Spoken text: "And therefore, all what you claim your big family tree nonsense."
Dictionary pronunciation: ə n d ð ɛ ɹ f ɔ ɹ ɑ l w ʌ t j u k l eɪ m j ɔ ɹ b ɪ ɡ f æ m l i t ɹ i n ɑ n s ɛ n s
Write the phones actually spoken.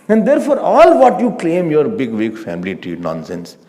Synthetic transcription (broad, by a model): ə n d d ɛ ɹ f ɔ ɹ ɑ l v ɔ t j u k l eɪ m j ɔ ɹ b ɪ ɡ f æ m l i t i n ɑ n s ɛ n s